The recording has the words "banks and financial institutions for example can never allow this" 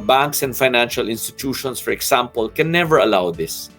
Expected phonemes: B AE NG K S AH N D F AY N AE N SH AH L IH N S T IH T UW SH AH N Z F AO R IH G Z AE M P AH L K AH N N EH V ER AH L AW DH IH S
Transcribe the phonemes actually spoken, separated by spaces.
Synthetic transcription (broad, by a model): B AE NG K S AH N D F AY N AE N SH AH L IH N S T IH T UW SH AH N S F AO R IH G S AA M P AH L K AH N N EH V ER AH L AW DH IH S